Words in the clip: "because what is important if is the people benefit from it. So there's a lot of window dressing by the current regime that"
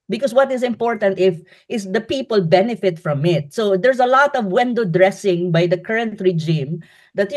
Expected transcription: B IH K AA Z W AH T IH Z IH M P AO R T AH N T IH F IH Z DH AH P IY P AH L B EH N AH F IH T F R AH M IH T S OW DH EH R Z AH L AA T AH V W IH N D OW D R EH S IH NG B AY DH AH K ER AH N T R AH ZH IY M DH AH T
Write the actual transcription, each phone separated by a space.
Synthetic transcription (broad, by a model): B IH K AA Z W AH T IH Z IH M P AO R T AH N T IH F IH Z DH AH P IY P AH L B EH N AH F IH T F R AH M IH T S OW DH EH R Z AH L AA T AH V W IH N D OW D R EH S IH NG B AY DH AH K ER AH N T R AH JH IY M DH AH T